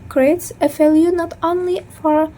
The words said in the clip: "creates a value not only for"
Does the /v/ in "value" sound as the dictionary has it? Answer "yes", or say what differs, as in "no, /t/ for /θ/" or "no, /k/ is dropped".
no, /f/ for /v/